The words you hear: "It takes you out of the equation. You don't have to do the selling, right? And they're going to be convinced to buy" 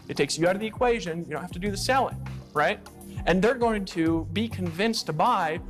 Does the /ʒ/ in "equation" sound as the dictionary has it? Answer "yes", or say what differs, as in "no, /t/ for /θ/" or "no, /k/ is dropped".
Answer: yes